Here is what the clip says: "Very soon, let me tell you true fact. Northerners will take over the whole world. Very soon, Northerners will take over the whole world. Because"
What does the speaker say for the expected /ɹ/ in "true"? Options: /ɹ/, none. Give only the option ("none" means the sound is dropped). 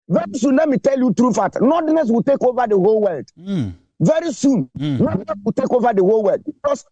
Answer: /ɹ/